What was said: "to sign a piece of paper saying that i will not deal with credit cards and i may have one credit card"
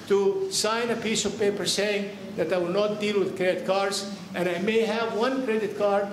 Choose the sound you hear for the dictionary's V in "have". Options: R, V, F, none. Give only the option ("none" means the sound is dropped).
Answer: V